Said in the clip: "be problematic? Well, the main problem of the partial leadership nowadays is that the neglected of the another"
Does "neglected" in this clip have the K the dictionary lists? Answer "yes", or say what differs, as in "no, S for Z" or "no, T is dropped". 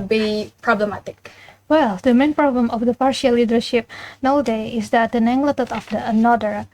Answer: no, K is dropped